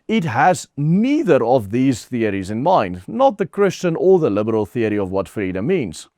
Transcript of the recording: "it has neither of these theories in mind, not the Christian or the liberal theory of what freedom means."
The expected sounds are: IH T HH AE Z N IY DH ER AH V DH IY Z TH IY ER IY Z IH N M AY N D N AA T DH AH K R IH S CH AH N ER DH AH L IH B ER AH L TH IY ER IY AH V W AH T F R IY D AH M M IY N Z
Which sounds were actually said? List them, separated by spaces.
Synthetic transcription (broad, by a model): IH T HH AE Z N IY DH ER AH V DH IY Z TH IY ER IY Z IH N M AY N D N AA T DH AH K R IH S CH AH N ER DH AH L IH B ER AH L TH IY ER IY AH V W AH T F R IY D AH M M IY N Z